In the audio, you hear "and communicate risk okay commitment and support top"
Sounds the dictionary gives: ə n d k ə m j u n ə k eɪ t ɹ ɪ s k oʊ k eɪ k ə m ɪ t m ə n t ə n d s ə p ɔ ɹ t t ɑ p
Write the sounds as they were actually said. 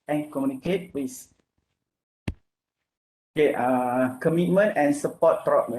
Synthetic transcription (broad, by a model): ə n k ə m j u n ə k eɪ t w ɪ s oʊ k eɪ k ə m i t m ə n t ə n s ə p ɔ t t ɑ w